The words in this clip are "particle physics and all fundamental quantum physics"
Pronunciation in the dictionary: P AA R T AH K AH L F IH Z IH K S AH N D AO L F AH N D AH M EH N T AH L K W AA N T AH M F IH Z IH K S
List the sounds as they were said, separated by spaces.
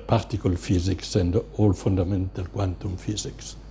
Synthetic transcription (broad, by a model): P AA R T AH K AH L F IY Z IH K S AH N D AO L F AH N D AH M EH N T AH L K W AA N T AH M F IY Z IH K S